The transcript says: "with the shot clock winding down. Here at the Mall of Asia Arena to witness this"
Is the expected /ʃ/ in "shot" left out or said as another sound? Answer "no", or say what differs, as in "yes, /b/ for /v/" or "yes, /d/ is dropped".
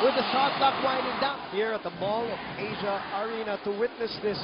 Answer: yes, /s/ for /ʃ/